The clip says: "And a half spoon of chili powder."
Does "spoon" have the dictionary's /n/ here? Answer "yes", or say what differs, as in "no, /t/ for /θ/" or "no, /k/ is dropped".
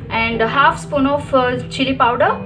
yes